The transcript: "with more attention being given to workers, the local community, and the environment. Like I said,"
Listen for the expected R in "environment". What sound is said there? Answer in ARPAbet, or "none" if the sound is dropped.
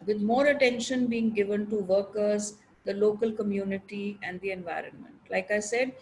R